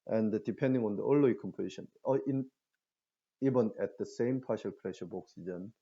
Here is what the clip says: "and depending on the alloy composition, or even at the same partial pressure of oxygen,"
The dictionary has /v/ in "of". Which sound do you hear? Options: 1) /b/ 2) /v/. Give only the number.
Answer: 1